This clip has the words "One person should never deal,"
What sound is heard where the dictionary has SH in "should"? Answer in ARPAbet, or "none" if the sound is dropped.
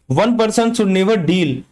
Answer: S